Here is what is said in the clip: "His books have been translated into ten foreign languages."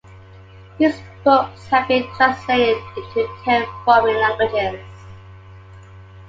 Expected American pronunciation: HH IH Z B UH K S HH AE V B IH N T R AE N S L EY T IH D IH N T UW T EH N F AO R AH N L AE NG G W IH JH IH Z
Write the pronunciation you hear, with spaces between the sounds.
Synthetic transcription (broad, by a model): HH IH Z B UH K S HH AE V B IH N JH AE S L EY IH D IH N T UW T EH N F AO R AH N L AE NG G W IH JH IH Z